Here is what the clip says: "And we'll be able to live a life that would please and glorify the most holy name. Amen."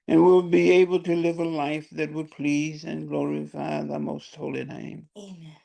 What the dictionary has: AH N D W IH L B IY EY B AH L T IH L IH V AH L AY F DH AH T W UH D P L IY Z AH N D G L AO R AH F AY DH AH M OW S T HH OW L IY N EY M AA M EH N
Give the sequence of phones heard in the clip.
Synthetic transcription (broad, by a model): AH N W IH L B IY EY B L T IH L IH V AH L AY F DH AH T W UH D P L IY Z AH N G L AO R AH F AY DH AH M OW S T HH OW L IY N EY AA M